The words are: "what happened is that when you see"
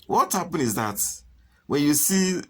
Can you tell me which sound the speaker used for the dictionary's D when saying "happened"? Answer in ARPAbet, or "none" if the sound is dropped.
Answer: none